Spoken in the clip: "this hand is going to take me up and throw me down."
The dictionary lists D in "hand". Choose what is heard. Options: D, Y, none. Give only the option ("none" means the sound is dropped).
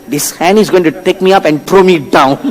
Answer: none